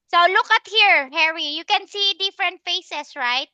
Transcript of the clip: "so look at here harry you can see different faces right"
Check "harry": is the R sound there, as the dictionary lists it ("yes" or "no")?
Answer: yes